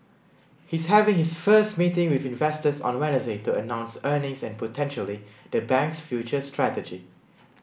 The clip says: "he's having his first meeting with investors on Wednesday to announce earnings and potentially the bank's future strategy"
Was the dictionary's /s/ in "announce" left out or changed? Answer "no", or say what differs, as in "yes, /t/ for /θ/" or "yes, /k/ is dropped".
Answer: no